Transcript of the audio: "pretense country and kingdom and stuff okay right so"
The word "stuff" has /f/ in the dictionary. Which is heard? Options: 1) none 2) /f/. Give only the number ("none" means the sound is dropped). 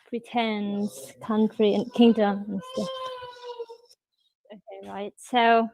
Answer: 1